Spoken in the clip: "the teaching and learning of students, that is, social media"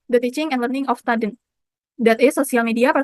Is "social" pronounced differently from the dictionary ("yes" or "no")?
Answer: yes